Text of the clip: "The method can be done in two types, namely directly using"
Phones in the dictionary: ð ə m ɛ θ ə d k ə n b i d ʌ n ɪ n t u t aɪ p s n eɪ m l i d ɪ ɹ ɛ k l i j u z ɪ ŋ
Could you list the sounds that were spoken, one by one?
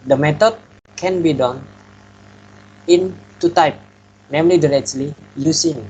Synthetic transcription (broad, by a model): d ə m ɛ t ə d k ə n b i d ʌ n ɪ n t u t aɪ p n eɪ m l i d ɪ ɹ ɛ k l i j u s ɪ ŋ